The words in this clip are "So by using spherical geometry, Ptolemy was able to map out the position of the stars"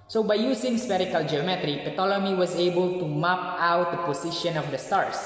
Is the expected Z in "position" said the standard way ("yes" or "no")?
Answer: no